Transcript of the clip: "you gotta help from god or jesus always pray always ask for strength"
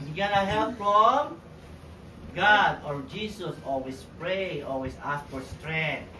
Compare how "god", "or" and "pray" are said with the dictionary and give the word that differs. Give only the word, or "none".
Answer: none